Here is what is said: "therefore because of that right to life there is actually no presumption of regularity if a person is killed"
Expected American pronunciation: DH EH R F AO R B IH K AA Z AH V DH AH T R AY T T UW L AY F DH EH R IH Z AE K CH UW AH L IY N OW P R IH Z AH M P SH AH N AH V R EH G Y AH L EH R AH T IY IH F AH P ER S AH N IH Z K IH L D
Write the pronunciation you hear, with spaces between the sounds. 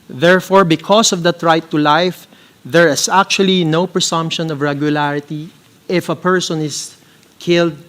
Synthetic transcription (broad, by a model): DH EH R F AO R B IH K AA S AH V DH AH T R AY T T UW L AY F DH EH R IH S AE K CH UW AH L IY N OW P R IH S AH M P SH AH N AH V R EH G Y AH L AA R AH T IY IH F AH P ER S AH N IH S K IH L D